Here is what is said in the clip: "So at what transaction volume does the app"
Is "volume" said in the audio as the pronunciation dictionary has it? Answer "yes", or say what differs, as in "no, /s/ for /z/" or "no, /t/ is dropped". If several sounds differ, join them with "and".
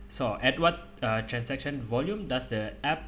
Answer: yes